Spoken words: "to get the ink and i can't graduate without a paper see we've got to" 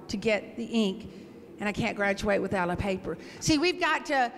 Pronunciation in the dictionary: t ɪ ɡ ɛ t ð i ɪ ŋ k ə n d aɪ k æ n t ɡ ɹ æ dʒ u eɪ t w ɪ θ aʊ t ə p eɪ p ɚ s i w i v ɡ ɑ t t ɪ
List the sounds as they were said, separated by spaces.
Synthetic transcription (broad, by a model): t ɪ ɡ ɛ t ð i ɪ ŋ k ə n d aɪ k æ n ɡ ɹ æ tʃ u eɪ t w ɪ θ aʊ t ə p eɪ p ɚ s i w i v ɡ ɑ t t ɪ